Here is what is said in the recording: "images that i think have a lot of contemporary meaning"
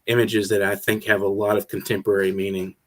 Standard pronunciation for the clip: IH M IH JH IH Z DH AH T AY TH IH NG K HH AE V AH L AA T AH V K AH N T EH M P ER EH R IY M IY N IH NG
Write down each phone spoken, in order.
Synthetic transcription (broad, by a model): IH M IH JH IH Z DH AH T AY TH IH NG K HH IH V AH L AA T AH V K N T EH M P ER EH R IY M IY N IH NG